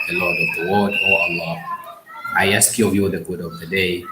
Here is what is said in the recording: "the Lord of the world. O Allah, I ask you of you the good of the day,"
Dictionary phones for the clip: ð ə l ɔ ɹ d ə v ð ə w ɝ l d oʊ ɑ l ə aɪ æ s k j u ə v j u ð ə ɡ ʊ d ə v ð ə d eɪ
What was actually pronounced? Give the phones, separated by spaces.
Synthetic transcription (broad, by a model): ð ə l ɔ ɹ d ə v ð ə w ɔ d oʊ ɑ l ə aɪ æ s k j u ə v j u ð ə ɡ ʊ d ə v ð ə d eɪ